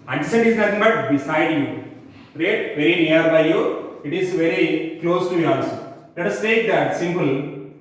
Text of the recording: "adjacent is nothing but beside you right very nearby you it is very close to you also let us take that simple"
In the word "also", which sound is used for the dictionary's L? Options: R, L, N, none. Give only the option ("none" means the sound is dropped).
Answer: none